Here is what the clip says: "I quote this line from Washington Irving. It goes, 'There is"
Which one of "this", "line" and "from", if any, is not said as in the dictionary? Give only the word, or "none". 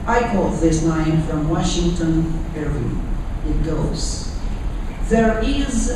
line